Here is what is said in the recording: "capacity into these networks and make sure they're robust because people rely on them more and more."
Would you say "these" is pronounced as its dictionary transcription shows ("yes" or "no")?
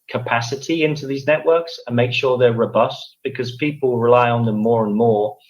yes